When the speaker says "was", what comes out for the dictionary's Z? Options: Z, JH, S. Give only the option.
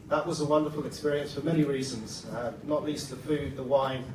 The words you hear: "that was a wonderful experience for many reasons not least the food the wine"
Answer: Z